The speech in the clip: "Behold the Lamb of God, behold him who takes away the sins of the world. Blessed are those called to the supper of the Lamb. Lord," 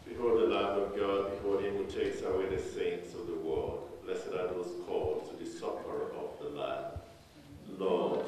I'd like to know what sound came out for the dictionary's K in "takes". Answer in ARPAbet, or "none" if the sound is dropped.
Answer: K